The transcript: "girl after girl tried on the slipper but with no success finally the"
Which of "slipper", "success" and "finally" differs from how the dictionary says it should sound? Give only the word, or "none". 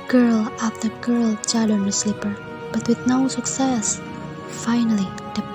none